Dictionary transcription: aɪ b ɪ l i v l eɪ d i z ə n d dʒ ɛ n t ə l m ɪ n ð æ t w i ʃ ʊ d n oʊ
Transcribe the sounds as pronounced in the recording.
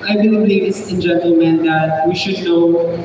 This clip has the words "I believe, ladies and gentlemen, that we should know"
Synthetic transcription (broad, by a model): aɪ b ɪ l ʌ b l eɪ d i s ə n dʒ ɛ n t ə l m ɪ n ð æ t w i ʃ ʊ d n oʊ